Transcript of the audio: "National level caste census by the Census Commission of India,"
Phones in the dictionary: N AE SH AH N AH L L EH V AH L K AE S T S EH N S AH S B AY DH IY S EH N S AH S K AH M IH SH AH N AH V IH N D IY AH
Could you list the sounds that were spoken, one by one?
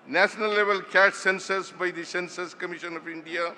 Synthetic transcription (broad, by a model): N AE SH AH N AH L L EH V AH L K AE T S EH N S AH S B AY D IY S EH N S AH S K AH M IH SH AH N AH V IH N D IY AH